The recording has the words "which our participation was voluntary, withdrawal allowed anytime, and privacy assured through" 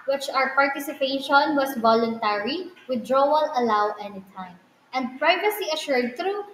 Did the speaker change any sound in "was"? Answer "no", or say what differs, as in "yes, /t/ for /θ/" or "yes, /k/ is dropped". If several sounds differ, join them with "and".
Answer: yes, /s/ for /z/